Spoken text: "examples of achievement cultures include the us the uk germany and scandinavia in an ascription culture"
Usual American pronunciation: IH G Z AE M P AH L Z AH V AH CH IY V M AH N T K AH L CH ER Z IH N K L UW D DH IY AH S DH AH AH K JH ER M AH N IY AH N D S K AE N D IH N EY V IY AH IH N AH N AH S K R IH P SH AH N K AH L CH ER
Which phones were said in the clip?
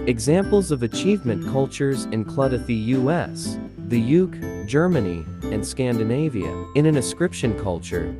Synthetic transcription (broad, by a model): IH G Z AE M P L Z AH V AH CH IY V M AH N K AH L CH ER Z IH N K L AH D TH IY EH S DH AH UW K JH ER M AH N IY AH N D S K AE N D IH N EY V IY AH IH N AH N AH S K R IH P SH AH N K AH L CH ER